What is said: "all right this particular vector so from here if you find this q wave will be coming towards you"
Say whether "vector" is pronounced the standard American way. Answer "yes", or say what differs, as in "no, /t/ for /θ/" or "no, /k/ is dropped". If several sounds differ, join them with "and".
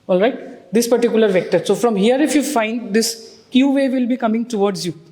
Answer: yes